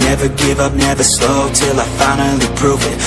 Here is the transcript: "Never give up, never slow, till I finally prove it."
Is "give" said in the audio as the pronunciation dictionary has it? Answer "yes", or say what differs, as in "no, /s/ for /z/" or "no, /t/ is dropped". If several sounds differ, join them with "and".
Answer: yes